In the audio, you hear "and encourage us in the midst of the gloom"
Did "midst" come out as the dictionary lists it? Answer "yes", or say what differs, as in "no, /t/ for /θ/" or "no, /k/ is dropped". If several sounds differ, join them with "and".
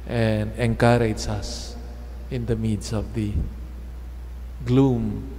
no, /t/ is dropped